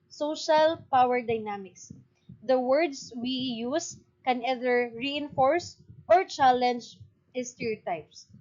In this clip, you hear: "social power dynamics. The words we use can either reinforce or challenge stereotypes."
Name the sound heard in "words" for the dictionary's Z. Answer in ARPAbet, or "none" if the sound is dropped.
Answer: S